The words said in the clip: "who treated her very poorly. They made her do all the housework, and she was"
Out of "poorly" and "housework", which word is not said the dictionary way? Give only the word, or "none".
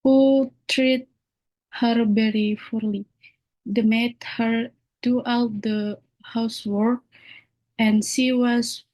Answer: poorly